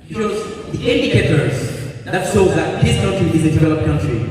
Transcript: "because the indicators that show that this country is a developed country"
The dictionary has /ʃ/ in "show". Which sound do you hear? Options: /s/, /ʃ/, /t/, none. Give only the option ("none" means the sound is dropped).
/s/